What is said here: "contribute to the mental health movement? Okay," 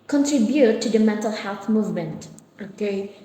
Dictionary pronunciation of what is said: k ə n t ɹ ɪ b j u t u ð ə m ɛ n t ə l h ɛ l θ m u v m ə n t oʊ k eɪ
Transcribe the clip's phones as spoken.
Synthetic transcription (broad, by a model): k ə n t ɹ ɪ b j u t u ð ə m ɛ n t ə l h ɛ l θ m u v m ə n t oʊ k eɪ